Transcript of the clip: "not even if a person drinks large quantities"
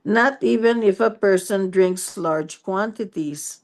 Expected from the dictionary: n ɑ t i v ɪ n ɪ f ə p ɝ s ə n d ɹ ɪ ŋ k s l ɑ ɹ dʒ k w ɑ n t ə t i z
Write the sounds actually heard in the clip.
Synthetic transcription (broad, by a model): n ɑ t i v ɪ n ɪ f ə p ɝ s ə n d ɹ ɪ ŋ k s l ɑ ɹ dʒ k w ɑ n t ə t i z